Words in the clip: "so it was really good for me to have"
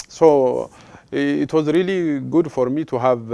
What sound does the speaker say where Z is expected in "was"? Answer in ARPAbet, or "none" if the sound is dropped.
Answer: Z